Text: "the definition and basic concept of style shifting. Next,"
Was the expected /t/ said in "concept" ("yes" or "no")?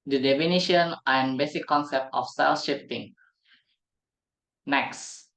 yes